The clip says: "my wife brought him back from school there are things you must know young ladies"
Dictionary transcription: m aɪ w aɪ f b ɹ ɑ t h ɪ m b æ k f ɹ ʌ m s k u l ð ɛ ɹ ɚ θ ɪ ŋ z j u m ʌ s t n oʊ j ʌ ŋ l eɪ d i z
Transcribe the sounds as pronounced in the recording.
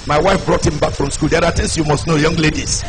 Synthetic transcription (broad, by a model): m aɪ w aɪ f b ɹ ɑ t h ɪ m b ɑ k f ɹ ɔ m s k u l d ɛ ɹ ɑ t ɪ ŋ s j u m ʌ s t n oʊ j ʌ ŋ l eɪ d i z